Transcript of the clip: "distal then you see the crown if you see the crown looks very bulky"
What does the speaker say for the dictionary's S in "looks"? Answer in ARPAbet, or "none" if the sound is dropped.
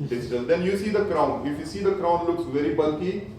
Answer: S